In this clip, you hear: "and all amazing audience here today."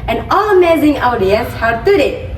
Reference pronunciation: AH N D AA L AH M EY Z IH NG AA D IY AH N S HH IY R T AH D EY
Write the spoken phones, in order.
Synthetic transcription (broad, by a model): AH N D AA L AH M EY Z IH NG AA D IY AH S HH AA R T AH D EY